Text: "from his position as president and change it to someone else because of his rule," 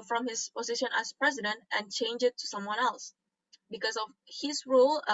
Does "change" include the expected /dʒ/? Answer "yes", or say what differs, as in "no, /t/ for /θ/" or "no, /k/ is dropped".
yes